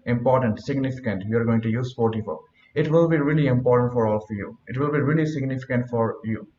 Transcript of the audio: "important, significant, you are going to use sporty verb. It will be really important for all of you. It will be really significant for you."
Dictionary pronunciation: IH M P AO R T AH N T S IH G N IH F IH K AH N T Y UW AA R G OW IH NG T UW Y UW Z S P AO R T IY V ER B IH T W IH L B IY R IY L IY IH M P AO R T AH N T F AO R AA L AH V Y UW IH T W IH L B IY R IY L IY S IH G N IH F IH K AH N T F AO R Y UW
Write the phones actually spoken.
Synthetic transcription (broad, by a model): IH M P AO R T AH N T S IH G N IH F IH K AH N T Y UW AA R G OW IH NG T UW Y UW Z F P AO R T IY F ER IH T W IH L B IY R IY L IY IH M P AO R T AH N T F AO R AA L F Y UW IH T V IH L B IY R IY L IY S IH G N IH F IH K AH N T F AO R Y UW